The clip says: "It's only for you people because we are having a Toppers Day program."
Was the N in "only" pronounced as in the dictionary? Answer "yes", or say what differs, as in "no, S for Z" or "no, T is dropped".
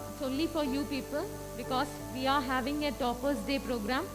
no, N is dropped